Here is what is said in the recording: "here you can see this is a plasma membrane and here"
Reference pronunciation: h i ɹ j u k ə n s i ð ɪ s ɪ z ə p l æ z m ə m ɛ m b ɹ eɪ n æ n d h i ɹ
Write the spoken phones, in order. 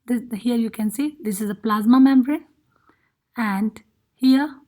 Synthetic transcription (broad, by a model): h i ɹ j u k ə n s i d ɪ s ɪ z ə p l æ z m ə m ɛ m b ɹ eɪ æ n d h i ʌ